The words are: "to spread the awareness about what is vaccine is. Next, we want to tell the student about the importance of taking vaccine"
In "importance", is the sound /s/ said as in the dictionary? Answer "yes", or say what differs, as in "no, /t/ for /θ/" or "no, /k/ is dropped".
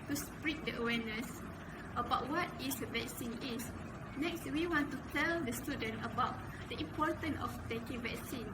no, /s/ is dropped